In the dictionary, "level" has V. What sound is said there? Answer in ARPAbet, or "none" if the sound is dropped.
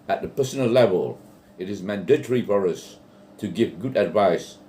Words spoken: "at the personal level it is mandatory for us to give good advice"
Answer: V